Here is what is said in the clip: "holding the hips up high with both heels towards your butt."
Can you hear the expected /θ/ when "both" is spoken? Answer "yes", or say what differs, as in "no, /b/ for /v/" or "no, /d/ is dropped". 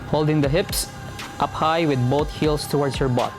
no, /t/ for /θ/